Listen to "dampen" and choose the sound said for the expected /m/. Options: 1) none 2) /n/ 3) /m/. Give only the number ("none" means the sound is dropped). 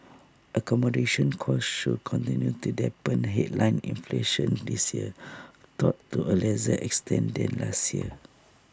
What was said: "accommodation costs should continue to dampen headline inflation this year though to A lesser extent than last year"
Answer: 1